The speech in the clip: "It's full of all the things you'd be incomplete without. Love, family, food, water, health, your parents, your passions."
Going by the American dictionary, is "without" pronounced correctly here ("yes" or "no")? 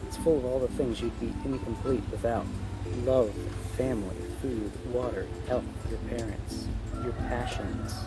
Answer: yes